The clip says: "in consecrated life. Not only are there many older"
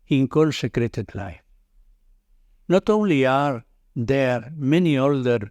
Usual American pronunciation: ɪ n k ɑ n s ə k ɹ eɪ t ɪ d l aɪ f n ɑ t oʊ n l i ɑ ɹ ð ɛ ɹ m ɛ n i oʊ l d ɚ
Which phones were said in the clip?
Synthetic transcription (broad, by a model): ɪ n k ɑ l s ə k ɹ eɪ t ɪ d l aɪ f n ɑ t oʊ n l i ɑ ɹ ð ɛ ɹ m ɛ n i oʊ l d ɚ